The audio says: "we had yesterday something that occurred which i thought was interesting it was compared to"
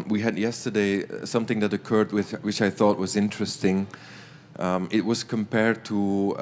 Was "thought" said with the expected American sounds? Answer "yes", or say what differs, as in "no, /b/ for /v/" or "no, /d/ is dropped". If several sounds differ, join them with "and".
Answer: yes